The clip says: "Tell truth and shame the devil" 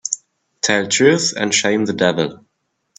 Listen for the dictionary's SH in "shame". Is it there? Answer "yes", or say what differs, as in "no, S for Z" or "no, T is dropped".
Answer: yes